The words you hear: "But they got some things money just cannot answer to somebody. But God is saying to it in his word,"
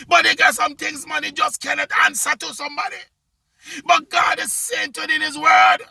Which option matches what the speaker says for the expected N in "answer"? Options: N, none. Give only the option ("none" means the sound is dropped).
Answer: N